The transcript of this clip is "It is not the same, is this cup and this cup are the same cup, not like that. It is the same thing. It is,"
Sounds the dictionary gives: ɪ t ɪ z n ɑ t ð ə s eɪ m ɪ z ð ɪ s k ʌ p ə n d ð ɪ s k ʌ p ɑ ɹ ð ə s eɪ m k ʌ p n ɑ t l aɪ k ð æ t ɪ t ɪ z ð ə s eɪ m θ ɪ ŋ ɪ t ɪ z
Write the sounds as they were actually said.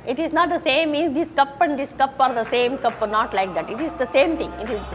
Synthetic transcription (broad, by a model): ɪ t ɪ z n ɑ t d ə s eɪ m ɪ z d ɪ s k ʌ p ə n d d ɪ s k ʌ p ɑ ɹ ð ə s eɪ m k ʌ p n ɑ t l aɪ k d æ t ɪ t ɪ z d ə s eɪ m t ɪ ŋ ɪ t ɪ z